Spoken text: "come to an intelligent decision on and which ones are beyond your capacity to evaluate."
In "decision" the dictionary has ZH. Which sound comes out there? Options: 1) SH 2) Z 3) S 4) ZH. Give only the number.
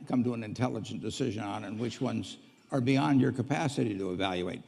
4